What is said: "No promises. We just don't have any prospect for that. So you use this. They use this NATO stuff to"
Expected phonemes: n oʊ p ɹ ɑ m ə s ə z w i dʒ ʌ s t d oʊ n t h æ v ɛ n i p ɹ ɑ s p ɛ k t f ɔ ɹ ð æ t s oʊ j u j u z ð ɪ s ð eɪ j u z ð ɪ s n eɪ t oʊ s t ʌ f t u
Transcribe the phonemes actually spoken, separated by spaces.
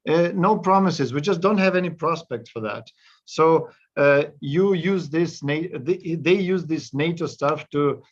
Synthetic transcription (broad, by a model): n oʊ p ɹ ɑ m ə s ə z w i dʒ ʌ s t d oʊ n t h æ v ɛ n i p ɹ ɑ s p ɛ k t f ɔ ɹ ð æ t s oʊ j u j u z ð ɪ s ð eɪ j u z ð ɪ s n eɪ t oʊ s t ʌ f t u